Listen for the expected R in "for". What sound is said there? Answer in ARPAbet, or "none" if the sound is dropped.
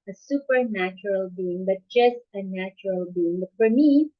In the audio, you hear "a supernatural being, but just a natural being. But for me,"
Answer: R